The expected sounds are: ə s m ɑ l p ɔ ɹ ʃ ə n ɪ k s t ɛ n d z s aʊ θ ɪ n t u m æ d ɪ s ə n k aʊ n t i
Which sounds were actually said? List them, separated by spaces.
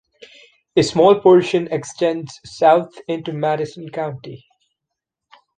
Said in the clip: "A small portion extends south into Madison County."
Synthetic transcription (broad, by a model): ə s m ɑ l p ɔ ɹ ʃ ə n ɪ k s t ɛ n d z s aʊ t ɪ n t u m æ d ɪ s ə n k aʊ n t i